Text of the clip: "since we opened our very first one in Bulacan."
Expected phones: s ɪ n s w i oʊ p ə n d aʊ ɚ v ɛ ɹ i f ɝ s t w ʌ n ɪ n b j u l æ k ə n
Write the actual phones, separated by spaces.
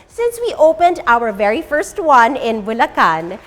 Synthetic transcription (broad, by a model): s ɪ n s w i oʊ p ə n d aʊ ɚ v ɛ ɹ i f ɝ s t w ʌ n ɪ n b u l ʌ k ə n